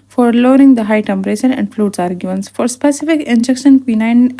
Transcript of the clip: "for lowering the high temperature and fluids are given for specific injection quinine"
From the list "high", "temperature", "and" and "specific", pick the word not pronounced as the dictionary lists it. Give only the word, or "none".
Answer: temperature